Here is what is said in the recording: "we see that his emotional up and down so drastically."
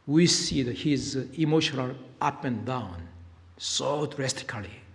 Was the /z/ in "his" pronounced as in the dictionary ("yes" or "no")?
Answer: yes